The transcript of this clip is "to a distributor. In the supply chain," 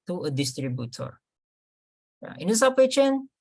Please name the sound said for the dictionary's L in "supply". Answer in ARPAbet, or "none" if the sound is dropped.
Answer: none